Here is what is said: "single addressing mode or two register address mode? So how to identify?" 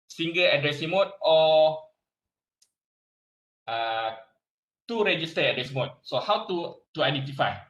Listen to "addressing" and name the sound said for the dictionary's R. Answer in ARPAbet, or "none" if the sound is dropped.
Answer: R